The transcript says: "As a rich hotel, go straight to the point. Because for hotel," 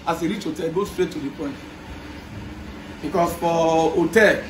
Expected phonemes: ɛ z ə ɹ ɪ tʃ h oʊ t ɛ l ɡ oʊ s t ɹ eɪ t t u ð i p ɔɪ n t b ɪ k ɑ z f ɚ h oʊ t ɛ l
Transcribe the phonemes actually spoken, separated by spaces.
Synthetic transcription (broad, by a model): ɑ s ə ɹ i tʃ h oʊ t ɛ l ɡ oʊ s t ɹ eɪ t t u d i p ɔɪ n t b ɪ k ɑ s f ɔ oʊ t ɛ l